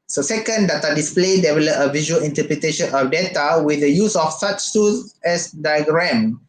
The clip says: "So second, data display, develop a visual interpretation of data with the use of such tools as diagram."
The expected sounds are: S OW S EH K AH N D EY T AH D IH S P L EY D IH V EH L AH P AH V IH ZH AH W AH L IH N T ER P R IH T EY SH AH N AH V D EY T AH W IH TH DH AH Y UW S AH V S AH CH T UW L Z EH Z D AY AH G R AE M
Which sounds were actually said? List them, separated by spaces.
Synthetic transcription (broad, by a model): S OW S EH K AH N D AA T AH D IH S P L EY D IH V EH L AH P AH V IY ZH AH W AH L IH N T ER P R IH T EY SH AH N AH F D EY T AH W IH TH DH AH Y UW S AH F S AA CH S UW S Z EH S D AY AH G R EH M